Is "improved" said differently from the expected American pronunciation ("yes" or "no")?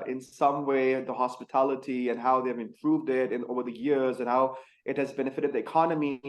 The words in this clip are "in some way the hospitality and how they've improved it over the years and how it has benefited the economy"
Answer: no